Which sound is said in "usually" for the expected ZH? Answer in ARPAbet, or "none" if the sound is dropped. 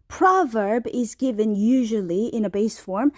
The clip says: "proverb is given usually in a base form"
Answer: ZH